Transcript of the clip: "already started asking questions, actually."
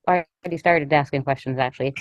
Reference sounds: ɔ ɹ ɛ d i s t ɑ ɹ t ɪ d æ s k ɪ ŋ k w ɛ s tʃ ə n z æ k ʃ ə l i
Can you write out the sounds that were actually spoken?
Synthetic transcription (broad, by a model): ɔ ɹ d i s t ɑ ɹ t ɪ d æ s k ɪ ŋ k w ɛ s tʃ ə n z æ k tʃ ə l i